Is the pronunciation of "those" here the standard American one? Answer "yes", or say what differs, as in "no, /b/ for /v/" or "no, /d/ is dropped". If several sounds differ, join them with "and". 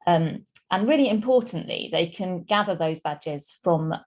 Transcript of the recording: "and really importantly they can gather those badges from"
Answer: yes